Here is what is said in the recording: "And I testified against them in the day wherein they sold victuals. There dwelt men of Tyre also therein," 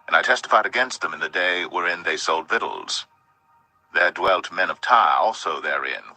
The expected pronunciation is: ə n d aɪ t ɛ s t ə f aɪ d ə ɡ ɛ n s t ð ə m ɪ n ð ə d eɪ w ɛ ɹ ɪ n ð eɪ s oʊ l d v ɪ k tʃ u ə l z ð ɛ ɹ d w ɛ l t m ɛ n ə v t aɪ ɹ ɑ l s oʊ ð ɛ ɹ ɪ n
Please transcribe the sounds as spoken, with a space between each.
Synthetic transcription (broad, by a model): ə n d aɪ t ɛ s t ə f aɪ d ə ɡ ɛ n s t ð ə m ɪ n ð ə d eɪ w ɛ ɹ ɪ n ð eɪ s oʊ l d v ɪ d l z ð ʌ ɹ d w ɛ l t m ɛ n ə v t aɪ ɹ ɑ l s oʊ ð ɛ ɹ ɪ n